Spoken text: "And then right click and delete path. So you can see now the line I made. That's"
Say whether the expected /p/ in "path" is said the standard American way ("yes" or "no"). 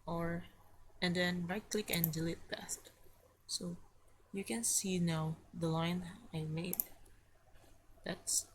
no